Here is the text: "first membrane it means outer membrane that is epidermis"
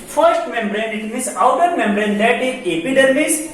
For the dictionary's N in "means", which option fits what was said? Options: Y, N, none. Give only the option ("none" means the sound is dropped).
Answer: none